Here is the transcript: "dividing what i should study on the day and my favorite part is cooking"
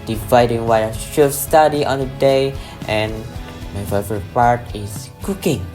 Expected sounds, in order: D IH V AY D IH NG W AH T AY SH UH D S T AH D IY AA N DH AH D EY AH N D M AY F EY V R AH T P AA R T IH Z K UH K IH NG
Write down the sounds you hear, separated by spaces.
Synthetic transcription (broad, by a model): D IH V AY D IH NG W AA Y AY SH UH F S T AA D IY AA N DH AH D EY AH N M AY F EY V AH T P AA R T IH S K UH K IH NG